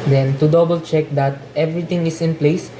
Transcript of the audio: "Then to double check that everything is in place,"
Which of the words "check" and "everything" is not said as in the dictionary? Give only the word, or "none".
everything